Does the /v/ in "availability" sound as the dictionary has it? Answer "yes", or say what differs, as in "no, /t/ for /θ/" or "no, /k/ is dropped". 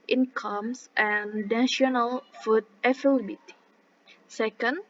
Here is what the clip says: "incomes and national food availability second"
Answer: no, /f/ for /v/